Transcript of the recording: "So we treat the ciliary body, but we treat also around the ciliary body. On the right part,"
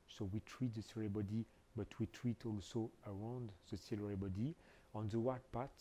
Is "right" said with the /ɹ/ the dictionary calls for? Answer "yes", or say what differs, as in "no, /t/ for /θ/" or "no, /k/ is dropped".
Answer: no, /w/ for /ɹ/